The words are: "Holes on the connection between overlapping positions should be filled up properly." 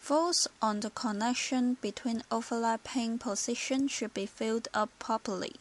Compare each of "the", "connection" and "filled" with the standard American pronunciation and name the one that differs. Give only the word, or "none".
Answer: none